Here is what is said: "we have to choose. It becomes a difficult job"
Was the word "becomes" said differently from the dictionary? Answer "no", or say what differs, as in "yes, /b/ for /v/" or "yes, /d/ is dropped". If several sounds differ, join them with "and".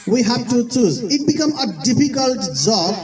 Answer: yes, /z/ is dropped